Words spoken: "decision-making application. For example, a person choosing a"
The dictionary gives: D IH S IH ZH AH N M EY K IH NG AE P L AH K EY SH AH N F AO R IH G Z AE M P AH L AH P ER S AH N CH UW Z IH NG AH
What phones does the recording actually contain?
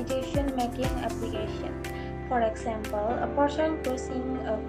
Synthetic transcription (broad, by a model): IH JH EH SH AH N M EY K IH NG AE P L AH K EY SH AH N F AO R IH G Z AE M P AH L AH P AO SH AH N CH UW S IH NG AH